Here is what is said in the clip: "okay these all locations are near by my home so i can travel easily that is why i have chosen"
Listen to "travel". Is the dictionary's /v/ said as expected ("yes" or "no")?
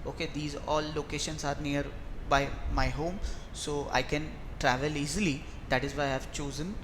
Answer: yes